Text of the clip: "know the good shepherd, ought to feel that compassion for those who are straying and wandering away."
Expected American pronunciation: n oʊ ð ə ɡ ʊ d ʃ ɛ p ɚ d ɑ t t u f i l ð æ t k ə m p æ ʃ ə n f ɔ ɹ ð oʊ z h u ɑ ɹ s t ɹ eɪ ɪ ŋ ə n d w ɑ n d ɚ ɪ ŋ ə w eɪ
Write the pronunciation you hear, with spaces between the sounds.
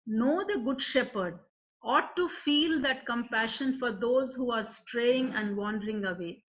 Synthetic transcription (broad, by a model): n oʊ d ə ɡ ʊ d ʃ ɛ p ɚ d ɑ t t u f i l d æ t k ə m p æ ʃ ə n f ɔ ɹ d oʊ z h u ɑ ɹ s t ɹ eɪ ɪ ŋ ə n d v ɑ n d ɚ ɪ ŋ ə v eɪ